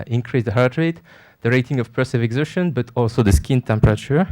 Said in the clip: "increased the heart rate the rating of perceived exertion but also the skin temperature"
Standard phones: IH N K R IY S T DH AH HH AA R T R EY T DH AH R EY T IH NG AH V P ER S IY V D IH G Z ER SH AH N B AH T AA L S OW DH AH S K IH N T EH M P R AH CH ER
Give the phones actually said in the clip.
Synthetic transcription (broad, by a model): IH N K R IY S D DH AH HH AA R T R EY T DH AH R EY T IH NG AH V P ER S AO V IH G Z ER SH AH N B AH T AA L S OW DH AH S K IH N T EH M P R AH CH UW